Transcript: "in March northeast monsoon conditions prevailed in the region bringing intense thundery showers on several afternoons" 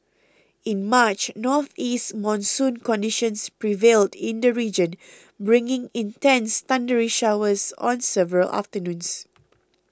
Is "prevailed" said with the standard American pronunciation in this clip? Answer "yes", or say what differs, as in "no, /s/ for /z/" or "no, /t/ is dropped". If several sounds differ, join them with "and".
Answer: yes